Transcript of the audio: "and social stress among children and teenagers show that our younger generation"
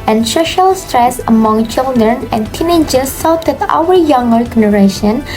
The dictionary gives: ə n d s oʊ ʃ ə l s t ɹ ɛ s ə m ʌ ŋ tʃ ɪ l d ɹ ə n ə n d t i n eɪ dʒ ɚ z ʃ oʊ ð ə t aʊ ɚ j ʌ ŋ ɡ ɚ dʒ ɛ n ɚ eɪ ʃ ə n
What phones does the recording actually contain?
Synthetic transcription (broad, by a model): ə n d s oʊ ʃ ə l s t ɹ ɛ s ə m ʌ ŋ tʃ ɪ l d ɹ ə n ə n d t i n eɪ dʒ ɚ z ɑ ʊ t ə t aʊ ɚ j ʌ ŋ ɡ ɚ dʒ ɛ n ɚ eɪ ʃ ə n